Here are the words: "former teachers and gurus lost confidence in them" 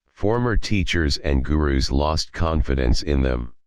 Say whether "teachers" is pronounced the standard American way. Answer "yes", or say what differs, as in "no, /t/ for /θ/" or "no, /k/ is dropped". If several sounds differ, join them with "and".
yes